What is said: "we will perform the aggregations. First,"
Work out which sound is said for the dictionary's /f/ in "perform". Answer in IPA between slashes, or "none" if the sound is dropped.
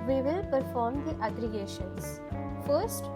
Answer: /f/